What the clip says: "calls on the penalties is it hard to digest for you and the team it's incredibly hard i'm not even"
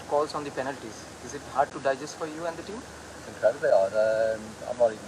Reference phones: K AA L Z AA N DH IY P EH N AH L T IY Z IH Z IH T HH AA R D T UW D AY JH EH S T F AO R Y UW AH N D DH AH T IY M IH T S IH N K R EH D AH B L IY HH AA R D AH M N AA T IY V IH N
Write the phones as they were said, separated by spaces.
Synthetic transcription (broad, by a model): K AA L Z AA N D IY P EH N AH L T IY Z IH Z IH T HH AA R D T UW D AY JH EH S T F AO R Y UW AH N D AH T IY M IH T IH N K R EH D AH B IY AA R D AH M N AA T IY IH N